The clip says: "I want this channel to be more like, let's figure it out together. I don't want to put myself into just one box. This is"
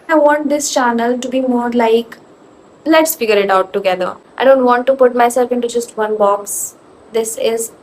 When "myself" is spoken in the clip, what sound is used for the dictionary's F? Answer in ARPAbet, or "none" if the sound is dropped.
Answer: F